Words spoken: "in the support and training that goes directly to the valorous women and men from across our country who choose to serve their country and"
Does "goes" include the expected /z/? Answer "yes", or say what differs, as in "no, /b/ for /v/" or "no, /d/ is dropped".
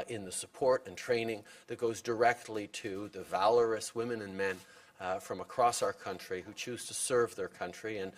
yes